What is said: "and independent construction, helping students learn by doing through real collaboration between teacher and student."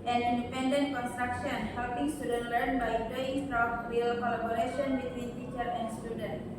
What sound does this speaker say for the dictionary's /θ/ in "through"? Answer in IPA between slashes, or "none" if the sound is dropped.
/t/